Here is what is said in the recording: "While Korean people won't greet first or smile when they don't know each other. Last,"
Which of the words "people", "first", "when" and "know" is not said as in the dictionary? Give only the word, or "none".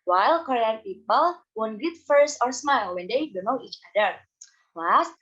first